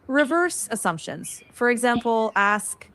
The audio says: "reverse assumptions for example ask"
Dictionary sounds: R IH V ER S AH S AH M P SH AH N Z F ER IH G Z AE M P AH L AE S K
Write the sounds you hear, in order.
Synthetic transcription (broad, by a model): R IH V ER S AH S AH M P SH AH N Z F ER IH G Z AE M P L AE S K